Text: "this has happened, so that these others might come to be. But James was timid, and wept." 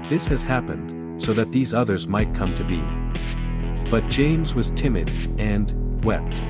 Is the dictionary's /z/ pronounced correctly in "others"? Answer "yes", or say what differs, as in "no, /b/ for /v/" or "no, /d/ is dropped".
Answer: yes